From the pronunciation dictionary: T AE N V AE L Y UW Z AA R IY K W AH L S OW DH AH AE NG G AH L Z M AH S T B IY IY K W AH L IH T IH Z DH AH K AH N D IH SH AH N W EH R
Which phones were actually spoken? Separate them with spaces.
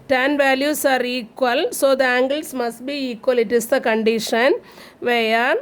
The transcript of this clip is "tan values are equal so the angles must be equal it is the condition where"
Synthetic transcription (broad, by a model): T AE N V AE L Y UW S AA R IY K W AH L S OW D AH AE NG G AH L S M AH S T B IY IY K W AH L IH T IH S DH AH K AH N D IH SH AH N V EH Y